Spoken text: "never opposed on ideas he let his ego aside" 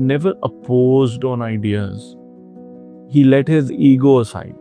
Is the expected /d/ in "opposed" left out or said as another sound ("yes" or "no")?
no